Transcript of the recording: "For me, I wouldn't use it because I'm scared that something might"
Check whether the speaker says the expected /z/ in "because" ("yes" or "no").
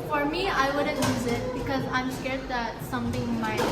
yes